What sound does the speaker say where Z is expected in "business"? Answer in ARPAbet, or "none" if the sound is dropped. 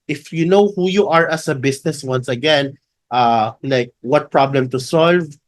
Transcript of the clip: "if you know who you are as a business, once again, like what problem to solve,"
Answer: S